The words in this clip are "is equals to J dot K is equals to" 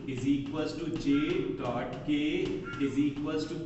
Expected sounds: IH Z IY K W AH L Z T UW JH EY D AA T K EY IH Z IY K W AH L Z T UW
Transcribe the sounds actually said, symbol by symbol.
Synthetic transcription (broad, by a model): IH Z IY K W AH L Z T UW CH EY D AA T K EY IH Z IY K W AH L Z T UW